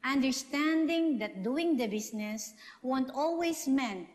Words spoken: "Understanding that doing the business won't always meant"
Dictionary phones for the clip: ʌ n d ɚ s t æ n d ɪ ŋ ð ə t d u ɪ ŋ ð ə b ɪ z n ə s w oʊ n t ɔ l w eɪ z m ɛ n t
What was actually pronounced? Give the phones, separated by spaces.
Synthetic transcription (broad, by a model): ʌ n d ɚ s t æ n d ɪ ŋ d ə t d u ɪ ŋ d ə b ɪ s n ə s w oʊ n t ɔ l w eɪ s m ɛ n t